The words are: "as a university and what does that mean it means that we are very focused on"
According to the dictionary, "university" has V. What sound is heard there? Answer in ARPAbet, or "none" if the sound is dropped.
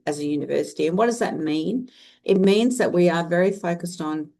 V